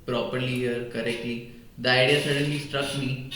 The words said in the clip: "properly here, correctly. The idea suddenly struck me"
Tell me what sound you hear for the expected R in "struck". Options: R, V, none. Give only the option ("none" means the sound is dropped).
R